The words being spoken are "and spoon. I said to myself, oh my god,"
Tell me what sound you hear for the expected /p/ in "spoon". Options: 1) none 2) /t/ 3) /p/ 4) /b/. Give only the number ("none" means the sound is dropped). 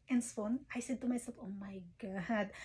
1